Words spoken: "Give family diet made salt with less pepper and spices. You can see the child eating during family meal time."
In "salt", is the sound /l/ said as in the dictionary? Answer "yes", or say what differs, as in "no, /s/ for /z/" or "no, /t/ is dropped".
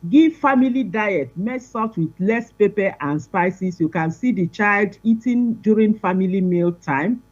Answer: no, /l/ is dropped